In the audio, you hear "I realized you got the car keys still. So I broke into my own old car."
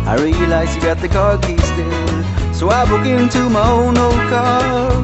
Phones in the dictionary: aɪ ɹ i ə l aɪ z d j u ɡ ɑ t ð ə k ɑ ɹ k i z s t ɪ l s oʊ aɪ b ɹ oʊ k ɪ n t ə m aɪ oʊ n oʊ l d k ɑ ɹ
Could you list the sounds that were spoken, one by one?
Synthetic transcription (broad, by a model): aɪ ɹ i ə l aɪ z j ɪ ɡ ɑ t ð ə k ɑ ɹ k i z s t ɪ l s oʊ aɪ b oʊ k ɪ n t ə m aɪ oʊ n oʊ l d k ɑ ɹ